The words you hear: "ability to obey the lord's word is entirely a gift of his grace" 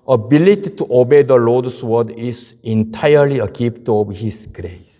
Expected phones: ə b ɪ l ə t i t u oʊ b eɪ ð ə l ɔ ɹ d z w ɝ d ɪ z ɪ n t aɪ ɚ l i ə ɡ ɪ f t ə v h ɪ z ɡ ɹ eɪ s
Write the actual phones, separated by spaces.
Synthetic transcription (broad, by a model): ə b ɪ l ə t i t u oʊ b eɪ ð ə l ɔ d s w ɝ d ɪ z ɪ n t aɪ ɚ l i ə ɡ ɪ p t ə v h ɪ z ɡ ɹ eɪ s